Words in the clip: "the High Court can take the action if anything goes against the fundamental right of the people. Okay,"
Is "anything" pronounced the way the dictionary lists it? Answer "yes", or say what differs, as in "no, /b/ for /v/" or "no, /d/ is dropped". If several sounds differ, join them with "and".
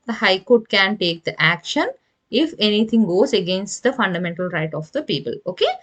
no, /t/ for /θ/